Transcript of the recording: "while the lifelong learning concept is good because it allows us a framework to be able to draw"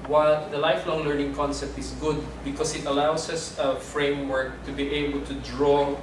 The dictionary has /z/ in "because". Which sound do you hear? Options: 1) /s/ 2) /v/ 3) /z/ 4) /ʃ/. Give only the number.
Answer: 1